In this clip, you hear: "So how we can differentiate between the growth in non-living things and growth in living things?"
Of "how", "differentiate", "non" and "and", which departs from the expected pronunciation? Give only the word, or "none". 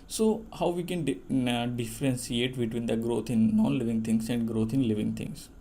differentiate